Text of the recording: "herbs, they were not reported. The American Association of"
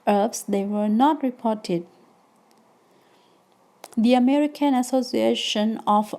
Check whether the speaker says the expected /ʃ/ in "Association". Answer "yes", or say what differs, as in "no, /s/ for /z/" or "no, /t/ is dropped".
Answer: yes